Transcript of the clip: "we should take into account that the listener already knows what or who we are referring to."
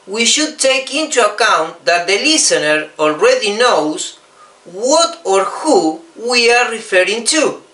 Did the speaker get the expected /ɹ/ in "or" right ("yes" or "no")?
yes